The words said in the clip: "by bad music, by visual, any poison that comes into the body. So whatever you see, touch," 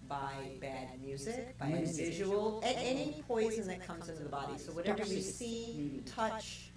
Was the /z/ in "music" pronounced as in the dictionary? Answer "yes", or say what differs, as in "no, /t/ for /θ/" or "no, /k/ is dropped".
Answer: yes